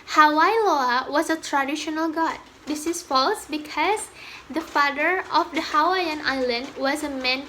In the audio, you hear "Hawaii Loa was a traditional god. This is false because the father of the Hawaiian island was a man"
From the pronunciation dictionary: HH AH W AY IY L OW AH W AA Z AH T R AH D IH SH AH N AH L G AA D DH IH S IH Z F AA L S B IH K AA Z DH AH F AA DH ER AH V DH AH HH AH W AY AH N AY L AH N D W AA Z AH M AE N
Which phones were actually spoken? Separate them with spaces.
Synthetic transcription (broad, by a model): HH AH W AY L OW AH W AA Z AH T R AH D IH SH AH N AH L G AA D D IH S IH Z F AA L S B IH K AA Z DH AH F AA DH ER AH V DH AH HH AH W AY AH N AY L AH N D W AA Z AH M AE N